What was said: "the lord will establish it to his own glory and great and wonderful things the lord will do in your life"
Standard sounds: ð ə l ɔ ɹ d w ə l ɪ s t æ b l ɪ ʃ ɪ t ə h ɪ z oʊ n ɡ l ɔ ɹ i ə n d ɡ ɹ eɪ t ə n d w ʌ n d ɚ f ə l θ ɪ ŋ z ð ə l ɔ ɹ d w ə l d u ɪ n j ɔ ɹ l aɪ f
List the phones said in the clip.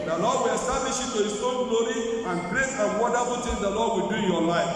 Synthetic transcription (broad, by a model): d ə l ɔ d w ə l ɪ s t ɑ b l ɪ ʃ ɪ t ə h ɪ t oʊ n ɡ l ɔ ɹ i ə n ɡ ɹ eɪ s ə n w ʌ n d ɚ f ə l t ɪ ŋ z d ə l ɔ d w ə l d u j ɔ l aɪ f